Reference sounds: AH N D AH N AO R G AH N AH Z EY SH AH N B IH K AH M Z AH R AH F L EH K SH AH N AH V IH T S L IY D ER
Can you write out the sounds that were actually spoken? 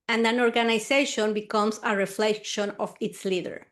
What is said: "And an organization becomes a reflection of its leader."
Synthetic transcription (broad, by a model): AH N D AH N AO R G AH N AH S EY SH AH N B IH K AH M S AH R AH F L EH K SH AH N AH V IH T S L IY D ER